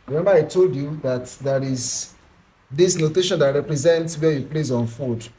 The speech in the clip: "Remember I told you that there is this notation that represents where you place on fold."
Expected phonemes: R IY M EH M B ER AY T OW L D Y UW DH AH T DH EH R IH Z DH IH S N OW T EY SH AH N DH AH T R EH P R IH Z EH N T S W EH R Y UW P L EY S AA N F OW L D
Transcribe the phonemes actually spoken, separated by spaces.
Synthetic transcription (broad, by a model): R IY M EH M B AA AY T OW L D Y UW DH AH T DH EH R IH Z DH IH S N OW T EY SH AH N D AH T R EH P R IH Z EH N T S W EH Y UW P L EY S AA N F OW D